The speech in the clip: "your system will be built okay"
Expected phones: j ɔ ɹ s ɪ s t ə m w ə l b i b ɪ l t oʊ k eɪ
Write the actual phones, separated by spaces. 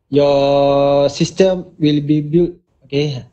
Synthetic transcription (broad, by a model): j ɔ s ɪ s t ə m w ə l b i b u t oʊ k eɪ